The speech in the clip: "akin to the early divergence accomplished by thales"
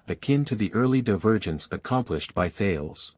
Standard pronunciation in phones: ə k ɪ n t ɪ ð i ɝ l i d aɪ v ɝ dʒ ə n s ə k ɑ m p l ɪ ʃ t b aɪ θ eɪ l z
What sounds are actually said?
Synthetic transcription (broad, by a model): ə k ɪ n t ɪ ð i ɝ l i d aɪ v ɝ dʒ ə n s ə k ɑ m p l ɪ ʃ t b aɪ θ eɪ l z